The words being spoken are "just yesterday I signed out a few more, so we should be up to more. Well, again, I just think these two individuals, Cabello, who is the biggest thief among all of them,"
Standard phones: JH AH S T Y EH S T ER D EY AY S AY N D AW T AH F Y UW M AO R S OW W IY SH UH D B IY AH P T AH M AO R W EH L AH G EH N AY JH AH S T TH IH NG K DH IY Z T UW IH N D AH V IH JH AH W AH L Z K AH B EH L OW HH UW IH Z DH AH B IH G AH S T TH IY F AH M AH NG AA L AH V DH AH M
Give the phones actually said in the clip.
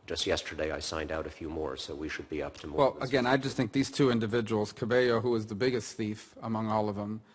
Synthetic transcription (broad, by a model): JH AH S T Y EH S T ER D EY AY S AY N D AW T AH F Y UW M AO R S OW W IY SH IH D B IY AH P T AH M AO W EH L AH G EH N AY JH AH S T TH IH NG K DH IY Z T UW IH N D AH V IH JH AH W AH L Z K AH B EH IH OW HH UW IH Z DH AH B IH G AH S T TH IY F AH M AH NG AA L AH V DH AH M